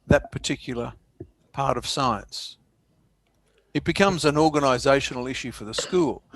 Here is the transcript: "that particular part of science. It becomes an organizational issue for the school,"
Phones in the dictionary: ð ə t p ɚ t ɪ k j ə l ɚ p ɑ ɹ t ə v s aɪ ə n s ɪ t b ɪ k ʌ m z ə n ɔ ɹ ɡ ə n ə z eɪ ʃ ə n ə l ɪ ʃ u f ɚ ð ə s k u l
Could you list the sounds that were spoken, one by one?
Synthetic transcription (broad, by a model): ð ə t p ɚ t ɪ k j l ɚ p ɑ ɹ t ə v s aɪ ə n s ɪ t b ɪ k ʌ m z ə n ɔ ɹ ɡ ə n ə z eɪ ʃ n l ɪ ʃ u f ɚ ð ə s k u l